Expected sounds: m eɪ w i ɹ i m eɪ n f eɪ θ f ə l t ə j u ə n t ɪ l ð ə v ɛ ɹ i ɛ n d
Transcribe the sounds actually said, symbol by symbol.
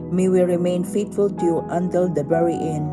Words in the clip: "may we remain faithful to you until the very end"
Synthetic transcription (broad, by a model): m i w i ɹ i m eɪ n f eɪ t f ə l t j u ə n t ɪ l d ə b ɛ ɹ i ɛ n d